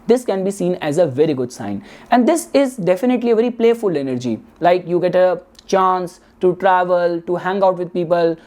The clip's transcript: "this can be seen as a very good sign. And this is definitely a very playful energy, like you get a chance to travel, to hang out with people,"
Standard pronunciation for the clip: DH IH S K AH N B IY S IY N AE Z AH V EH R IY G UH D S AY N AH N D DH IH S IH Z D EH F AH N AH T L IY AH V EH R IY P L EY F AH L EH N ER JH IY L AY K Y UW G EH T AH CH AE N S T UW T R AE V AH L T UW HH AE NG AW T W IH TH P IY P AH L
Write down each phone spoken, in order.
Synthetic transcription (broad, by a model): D IH S K AH N B IY S IY N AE Z AH V EH R IY G UH D S AY N AH N D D IH S IH Z D EH F AH N AH T L IY AH V EH R IY P L EY F AH L EH N ER JH IY L AY K Y UW G EH T AH CH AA N S T UW T R AE V AH L T UW HH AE NG AW T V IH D P IY P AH L